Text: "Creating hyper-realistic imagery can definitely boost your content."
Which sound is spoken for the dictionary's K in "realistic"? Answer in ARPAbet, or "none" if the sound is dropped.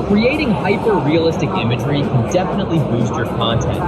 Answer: K